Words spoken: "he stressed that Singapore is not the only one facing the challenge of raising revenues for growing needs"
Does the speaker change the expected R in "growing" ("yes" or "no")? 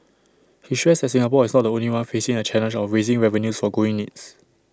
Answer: yes